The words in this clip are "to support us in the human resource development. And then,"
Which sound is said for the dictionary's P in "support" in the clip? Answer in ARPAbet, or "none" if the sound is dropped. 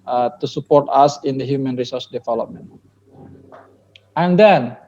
P